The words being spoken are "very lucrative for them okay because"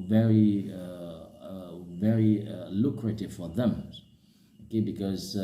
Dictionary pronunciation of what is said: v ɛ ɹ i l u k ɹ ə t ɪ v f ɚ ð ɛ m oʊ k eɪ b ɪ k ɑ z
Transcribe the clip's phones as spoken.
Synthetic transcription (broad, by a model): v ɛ ɹ i l u k ɹ ə t ɪ v f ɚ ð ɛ m oʊ k eɪ b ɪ k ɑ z